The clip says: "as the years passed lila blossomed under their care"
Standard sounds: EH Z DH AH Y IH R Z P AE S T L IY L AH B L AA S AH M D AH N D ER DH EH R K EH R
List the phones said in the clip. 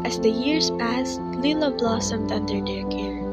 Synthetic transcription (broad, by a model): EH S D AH Y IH R S P AE S T L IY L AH B L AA S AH M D AH N D ER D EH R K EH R